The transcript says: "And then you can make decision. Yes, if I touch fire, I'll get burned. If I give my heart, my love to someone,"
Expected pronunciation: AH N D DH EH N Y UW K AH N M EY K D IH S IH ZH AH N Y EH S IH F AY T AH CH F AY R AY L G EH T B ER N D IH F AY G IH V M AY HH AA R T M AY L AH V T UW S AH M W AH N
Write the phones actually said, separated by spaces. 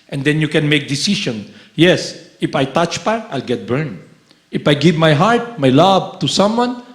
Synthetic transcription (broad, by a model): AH N D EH N Y UW K AH N M EY K D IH S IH SH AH N Y EH S IH F AY T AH CH P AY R AY L G EH T B ER N D IH F AY G IH V M AY HH AA R T M AY L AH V T UW S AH M W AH N